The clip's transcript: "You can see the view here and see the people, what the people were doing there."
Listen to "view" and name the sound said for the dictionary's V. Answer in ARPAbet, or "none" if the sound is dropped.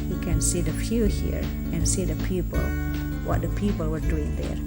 F